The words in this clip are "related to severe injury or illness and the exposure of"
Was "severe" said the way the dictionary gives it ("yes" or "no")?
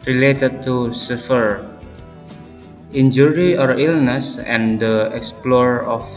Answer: no